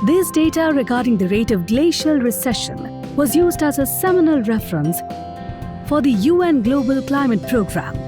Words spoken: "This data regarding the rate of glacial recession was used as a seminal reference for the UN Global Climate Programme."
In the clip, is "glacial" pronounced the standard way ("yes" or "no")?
yes